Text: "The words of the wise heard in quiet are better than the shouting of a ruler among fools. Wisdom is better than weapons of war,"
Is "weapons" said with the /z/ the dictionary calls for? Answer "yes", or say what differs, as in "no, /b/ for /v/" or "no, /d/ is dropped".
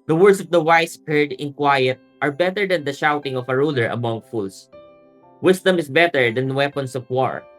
no, /s/ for /z/